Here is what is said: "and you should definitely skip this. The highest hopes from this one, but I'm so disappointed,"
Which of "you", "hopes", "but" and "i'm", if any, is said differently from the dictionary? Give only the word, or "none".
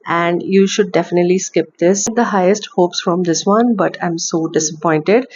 none